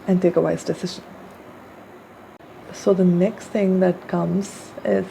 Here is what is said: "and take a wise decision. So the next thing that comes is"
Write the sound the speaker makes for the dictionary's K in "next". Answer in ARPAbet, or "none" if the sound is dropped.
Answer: K